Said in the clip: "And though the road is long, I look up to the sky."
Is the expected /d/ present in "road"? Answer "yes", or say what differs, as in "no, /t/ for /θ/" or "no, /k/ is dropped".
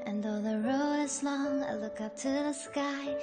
no, /d/ is dropped